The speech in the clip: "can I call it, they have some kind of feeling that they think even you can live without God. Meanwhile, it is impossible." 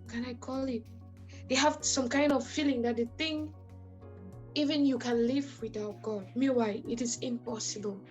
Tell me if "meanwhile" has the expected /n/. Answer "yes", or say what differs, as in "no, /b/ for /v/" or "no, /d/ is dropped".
no, /n/ is dropped